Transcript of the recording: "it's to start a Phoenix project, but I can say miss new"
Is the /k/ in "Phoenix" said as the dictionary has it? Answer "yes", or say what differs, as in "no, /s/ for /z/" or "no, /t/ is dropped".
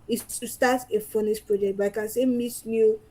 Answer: no, /k/ is dropped